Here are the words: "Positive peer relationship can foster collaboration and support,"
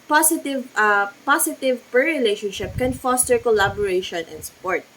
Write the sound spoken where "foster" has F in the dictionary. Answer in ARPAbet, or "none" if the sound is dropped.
F